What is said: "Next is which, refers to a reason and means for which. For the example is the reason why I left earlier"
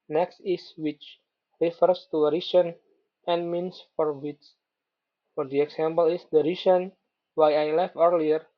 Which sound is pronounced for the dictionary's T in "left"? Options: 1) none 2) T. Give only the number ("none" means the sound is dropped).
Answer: 1